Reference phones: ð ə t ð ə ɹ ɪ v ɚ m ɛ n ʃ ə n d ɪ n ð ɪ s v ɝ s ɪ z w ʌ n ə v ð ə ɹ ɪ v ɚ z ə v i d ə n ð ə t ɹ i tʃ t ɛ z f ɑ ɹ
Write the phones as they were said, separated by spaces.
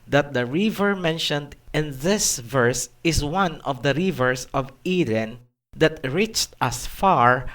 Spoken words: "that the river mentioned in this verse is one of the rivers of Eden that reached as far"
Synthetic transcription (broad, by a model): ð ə t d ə ɹ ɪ v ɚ m ɛ n ʃ ə n d ɪ n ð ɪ s v ɝ s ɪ s w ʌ n ə v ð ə ɹ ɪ v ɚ s ə v i d ə n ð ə t ɹ i tʃ t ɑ s f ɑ ɹ